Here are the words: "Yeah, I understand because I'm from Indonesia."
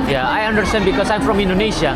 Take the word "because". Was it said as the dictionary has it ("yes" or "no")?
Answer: no